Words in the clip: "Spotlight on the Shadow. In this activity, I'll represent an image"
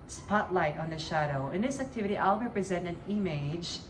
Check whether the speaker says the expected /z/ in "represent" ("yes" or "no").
yes